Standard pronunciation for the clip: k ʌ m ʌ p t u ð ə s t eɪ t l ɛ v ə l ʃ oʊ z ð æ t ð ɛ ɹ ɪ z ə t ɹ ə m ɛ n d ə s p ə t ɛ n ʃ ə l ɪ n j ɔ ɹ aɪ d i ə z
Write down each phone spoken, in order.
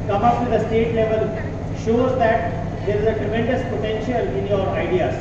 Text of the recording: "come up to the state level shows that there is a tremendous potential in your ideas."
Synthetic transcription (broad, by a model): k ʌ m ʌ p t u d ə s t eɪ t l ɛ v ə l ʃ oʊ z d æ t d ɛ ɹ ɪ z ə t ɹ ə m ɛ n d ə s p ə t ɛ n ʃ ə l ɪ n j ɔ ɹ aɪ d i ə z